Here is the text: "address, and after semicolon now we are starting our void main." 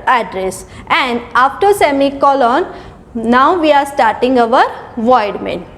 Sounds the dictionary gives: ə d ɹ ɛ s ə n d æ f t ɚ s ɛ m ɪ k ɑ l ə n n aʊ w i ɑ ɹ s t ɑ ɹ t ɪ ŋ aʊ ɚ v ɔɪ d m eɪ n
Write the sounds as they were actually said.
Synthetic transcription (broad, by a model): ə d ɹ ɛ s ə n d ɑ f t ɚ s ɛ m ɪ k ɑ l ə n n aʊ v i ɑ ɹ s t ɑ ɹ t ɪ ŋ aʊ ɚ v ɔɪ d m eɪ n